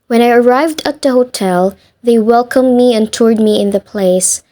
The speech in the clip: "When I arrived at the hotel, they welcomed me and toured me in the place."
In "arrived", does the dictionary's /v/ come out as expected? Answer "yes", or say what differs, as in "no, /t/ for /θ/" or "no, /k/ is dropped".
yes